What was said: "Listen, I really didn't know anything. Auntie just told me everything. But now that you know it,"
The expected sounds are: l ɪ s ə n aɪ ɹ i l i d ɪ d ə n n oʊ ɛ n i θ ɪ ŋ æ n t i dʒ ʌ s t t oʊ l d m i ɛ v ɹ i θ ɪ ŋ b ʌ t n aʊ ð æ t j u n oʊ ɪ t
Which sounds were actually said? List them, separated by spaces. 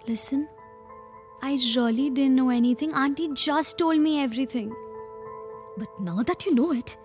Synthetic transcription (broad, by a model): l ɪ s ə n aɪ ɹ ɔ l i d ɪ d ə n n oʊ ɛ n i t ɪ ŋ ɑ n t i dʒ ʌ s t t oʊ l d m i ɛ v ɹ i t ɪ ŋ b ʌ t n aʊ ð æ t j u n oʊ ɪ t